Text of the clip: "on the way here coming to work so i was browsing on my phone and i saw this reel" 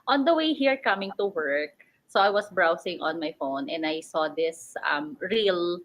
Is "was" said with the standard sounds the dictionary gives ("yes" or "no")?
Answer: no